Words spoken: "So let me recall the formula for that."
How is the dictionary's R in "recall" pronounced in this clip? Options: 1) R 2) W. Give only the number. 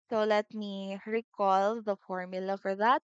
1